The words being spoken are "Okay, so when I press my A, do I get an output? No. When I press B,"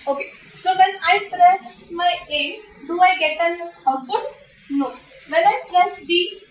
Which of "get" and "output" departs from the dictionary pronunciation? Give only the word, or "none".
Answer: output